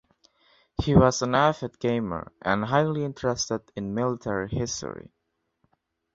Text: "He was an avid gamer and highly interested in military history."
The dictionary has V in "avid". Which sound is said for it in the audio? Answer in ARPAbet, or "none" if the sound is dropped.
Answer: F